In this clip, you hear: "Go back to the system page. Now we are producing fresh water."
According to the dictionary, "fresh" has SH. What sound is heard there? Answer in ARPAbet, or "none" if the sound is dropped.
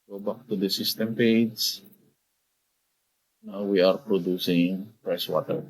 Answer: S